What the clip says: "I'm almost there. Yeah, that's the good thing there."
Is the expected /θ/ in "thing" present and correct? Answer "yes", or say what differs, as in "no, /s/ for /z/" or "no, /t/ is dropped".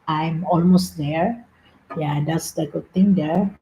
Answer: no, /t/ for /θ/